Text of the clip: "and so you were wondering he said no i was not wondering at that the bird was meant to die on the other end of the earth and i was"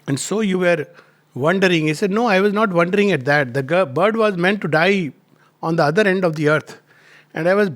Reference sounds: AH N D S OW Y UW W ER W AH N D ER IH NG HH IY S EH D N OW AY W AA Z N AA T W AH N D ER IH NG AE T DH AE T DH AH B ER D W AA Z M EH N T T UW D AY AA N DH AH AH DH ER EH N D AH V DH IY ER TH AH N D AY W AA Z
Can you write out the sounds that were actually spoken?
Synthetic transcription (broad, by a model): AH N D S OW Y UW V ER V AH N D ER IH NG HH IY S EH D N OW AY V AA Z N AA T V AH N D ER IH NG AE T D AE T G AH B ER D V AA Z M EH N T T UW D AY AA N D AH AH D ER EH N D AH V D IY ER T AH N D AY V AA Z